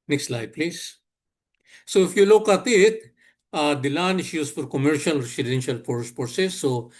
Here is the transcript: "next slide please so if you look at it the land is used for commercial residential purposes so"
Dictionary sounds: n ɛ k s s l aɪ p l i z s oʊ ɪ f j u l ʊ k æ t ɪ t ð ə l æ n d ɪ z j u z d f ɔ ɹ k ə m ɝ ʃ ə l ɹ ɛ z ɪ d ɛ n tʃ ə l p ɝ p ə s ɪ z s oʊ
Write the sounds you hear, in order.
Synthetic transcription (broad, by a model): n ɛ k s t l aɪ p l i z s oʊ ɪ f j u l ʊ k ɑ t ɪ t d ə l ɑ n ɪ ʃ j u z f ɔ ɹ k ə m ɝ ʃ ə l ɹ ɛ s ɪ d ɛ n ʃ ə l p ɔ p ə s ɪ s oʊ